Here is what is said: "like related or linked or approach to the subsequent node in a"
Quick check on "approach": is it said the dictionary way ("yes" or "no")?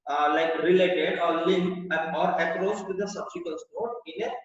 no